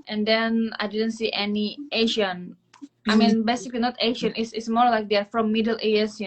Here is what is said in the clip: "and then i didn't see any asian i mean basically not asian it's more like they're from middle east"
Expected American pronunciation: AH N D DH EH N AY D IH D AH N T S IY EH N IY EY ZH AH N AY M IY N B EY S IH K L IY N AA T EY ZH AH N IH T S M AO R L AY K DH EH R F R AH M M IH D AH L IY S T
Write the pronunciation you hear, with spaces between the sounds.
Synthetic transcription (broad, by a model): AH N D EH N AY D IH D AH N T S IY EH N IY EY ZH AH N AY M IY N B EY S IH K L IY N AA T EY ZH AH N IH S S M AO R L AY K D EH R F R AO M M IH D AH L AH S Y